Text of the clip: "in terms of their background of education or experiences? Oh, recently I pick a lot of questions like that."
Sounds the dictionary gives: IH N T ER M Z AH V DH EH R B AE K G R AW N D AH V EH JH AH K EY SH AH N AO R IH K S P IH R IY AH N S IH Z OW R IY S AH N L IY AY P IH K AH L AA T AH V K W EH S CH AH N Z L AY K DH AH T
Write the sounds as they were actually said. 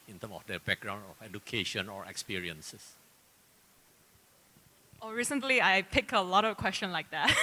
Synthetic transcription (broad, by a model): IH N T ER M AH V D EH B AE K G R AW N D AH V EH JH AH K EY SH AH N AO R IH K S P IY R IY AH N S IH S OW R IY S AH N L IY AY P IH K AH L AA T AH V K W EH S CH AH N L AY K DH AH T